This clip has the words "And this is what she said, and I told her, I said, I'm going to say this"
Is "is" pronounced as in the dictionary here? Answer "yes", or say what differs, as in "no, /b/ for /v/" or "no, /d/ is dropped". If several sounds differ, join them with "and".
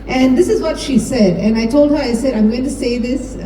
yes